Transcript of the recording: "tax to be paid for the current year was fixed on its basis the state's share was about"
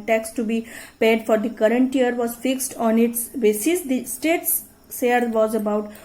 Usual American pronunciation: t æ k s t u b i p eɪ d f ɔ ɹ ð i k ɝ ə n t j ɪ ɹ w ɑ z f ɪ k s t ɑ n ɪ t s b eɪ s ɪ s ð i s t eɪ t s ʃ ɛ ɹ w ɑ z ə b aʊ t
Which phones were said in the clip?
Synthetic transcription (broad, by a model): t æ k s t u b i p eɪ d f ɔ ɹ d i k ɝ ə n t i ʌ ɹ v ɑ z f ɪ k s t ɑ n ɪ t s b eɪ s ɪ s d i s t eɪ t s s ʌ ɹ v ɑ z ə b aʊ t